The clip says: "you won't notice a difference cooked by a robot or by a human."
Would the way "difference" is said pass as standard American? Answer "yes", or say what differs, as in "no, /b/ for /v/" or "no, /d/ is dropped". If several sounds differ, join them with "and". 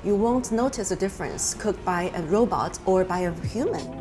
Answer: yes